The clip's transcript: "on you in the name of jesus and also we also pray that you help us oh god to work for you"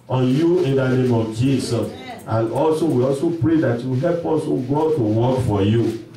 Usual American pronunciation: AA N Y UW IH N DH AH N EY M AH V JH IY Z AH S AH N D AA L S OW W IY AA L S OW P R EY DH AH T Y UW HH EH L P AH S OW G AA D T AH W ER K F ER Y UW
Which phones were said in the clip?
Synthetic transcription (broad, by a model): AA N Y UW IH N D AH N EY M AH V JH IY S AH S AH N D AA L S OW W IY AA L S OW P R EY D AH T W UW HH EH L P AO S OW G AA D T AH W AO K F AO Y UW